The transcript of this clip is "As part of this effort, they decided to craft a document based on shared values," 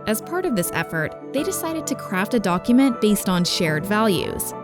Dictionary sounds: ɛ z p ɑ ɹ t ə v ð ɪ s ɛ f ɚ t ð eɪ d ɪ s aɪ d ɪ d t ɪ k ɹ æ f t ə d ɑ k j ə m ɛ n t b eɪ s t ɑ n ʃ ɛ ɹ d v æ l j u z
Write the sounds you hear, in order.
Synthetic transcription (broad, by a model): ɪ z p ɑ ɹ t ə v ð ɪ s ɛ f ɚ t ð eɪ d ɪ s aɪ d ɪ d t ɪ k ɹ æ f t ə d ɑ k j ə m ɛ n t b eɪ s t n ʃ ɛ ɹ d v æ l j u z